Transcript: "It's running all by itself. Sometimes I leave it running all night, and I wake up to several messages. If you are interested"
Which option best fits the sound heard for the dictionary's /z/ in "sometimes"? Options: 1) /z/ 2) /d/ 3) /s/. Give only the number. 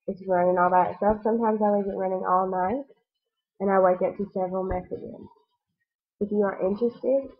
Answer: 1